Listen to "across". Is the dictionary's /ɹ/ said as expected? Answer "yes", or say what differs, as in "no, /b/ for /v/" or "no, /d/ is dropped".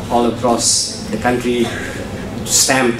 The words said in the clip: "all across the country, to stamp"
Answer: yes